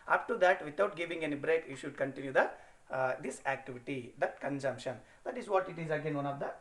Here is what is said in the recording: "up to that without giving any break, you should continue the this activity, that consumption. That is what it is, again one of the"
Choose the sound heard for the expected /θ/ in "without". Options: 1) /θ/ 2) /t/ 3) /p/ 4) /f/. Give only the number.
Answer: 2